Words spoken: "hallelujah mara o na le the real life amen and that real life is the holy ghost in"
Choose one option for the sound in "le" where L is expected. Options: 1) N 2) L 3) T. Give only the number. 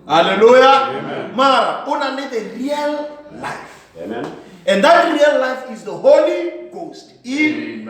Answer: 1